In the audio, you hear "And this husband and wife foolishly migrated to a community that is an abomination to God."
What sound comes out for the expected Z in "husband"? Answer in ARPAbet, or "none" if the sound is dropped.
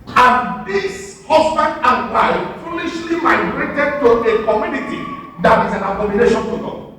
S